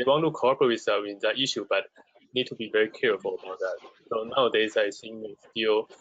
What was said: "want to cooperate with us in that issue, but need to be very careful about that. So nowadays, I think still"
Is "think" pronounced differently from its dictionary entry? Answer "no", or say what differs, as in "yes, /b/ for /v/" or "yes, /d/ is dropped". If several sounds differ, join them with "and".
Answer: yes, /s/ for /θ/